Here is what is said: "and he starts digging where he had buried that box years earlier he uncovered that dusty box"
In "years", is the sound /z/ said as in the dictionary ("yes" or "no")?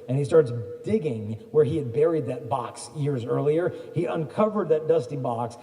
yes